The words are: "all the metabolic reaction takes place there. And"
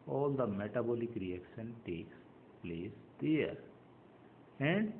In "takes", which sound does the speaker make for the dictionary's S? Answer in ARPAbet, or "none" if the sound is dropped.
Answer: S